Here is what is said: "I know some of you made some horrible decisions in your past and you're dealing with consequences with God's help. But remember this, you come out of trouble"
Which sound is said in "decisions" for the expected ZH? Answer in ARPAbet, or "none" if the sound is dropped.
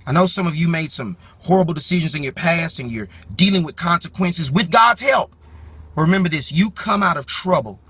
ZH